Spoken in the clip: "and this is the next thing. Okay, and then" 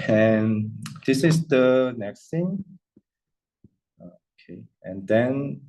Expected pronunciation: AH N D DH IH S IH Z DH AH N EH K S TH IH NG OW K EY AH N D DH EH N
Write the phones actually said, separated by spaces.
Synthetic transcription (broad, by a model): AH N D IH S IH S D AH N EH K S T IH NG OW K EY AH N D EH N